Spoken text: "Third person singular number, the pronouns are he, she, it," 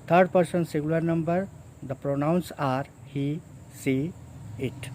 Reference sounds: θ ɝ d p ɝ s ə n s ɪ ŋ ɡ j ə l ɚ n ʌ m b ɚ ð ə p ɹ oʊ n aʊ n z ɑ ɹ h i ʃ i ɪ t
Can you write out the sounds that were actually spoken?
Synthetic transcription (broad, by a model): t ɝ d p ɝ s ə n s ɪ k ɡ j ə l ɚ n ʌ m b ɚ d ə p ɹ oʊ n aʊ n s ɑ ɹ h i s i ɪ t